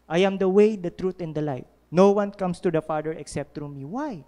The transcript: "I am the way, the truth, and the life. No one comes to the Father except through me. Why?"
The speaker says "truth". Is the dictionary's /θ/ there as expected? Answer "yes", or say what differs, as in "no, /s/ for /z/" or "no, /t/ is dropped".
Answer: no, /t/ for /θ/